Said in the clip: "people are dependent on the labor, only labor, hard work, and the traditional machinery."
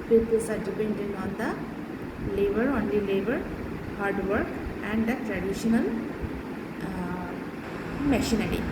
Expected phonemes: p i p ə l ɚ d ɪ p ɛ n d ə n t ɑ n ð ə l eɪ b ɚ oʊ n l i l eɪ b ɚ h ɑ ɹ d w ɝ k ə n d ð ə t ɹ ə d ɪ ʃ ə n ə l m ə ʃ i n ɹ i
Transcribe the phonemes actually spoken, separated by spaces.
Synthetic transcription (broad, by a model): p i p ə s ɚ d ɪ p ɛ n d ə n ɑ n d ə l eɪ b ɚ oʊ n l i l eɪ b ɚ h ɑ ɹ d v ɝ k ə n d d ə t ɹ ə d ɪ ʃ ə n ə l m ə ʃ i n ɹ i